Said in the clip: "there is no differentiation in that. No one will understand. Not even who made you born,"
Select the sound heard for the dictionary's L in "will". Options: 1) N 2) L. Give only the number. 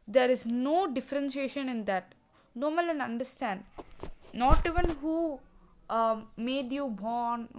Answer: 1